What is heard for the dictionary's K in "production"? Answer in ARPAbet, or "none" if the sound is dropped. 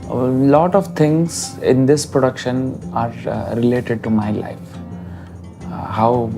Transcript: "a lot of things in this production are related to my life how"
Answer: K